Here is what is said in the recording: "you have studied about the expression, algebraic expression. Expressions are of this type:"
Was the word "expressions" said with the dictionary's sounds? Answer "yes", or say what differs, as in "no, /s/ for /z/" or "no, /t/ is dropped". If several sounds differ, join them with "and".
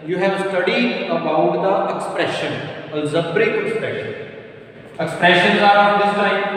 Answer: yes